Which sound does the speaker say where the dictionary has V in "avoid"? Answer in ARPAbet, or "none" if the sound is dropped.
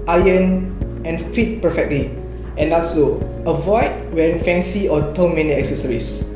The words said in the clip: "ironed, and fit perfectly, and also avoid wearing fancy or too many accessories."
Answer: V